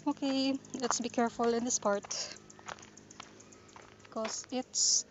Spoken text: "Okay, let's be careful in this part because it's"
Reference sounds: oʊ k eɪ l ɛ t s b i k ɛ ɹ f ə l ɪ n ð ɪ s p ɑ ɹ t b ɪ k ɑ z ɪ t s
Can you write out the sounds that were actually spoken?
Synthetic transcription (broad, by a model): oʊ k eɪ l ɛ t s b i k ɛ ɹ f ə l ɪ n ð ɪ s p ɑ ɹ t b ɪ k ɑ s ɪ t s